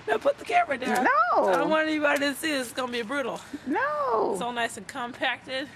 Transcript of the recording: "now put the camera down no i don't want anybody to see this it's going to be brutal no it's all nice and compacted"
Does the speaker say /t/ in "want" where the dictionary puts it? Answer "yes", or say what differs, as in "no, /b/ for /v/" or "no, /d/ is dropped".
no, /t/ is dropped